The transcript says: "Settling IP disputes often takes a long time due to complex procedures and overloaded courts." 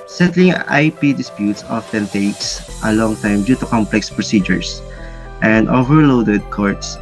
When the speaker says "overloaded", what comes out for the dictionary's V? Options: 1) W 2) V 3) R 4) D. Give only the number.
2